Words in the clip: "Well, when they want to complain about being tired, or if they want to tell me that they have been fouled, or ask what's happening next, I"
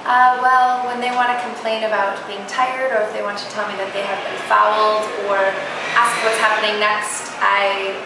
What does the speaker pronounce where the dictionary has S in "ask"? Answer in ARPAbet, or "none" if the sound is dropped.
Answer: S